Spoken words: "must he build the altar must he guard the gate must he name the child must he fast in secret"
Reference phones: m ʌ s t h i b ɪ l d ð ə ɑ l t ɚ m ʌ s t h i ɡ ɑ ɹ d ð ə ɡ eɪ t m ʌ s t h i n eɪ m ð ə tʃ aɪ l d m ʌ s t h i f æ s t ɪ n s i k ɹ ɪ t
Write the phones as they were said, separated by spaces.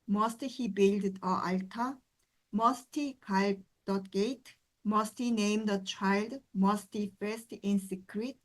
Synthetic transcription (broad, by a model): m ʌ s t h i b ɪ l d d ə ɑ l t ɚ m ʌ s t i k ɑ l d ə ɡ eɪ t m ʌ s t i n eɪ m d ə tʃ aɪ l d m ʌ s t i f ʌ s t ɪ n s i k ɹ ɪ t